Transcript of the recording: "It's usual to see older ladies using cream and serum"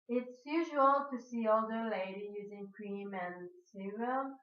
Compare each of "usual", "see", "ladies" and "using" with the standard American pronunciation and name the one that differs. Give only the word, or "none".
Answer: ladies